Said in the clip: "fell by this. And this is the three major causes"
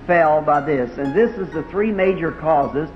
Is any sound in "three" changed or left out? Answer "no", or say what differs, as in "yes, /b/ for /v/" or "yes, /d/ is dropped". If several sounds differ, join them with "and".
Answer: no